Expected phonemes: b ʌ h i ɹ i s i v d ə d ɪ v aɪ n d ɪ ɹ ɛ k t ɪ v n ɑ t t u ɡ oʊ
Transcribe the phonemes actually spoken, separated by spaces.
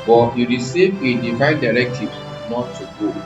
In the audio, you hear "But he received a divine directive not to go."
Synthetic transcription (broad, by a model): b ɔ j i ɹ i s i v ə d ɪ f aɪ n d ɪ ɹ ɛ k t ɪ v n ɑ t t u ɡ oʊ